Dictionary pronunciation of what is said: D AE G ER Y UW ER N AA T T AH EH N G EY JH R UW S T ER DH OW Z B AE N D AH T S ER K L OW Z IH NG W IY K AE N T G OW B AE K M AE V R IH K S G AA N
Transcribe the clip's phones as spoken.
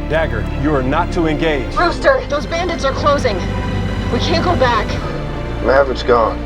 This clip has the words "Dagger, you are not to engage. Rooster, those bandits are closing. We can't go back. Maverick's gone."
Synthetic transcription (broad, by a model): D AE G ER Y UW ER N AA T T AH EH N G EY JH R UW S T ER DH OW Z B AE N D AH T S ER K L OW Z IH NG W IY K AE N G OW B AE K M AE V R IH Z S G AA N